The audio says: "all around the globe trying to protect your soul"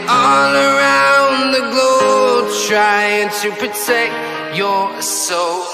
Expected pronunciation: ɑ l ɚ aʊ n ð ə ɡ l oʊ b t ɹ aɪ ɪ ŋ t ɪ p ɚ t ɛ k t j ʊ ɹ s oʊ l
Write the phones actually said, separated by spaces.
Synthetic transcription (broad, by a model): ɑ l ɚ aʊ n ð ə ɡ l oʊ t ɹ aɪ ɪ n t ɪ p ɚ t ɛ k t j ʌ ɹ s oʊ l